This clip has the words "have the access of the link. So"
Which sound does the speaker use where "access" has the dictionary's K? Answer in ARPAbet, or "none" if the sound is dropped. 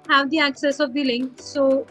K